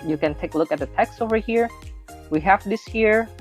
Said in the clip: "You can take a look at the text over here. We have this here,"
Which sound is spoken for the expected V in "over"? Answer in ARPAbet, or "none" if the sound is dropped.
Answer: V